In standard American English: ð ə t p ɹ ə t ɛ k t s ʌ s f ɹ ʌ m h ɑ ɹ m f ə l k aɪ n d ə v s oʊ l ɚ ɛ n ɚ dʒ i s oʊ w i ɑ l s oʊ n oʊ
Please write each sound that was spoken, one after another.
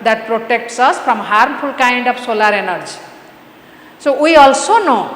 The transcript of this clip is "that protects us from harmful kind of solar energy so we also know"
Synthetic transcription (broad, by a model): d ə t p ɹ ə t ɛ k t s ʌ s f ɹ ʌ m h ɑ ɹ m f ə l k aɪ n d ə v s oʊ l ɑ ɛ n ɚ dʒ i s oʊ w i ɑ l s oʊ n oʊ